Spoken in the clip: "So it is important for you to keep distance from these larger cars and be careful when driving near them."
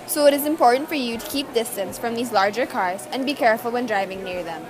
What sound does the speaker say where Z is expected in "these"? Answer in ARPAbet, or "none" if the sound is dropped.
Z